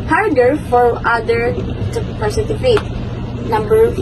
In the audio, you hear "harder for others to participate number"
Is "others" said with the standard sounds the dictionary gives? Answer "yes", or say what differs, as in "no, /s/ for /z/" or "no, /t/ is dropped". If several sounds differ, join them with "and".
no, /z/ is dropped